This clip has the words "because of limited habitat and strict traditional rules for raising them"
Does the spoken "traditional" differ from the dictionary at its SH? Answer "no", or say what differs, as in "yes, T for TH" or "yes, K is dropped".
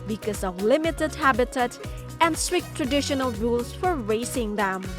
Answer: no